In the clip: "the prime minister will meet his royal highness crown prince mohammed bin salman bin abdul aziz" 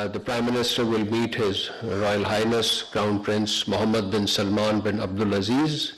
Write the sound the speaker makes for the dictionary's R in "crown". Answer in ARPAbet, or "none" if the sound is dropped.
none